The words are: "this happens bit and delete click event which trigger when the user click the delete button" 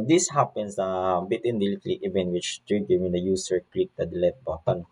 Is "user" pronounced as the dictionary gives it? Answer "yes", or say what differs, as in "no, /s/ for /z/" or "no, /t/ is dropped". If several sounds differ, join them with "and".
no, /s/ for /z/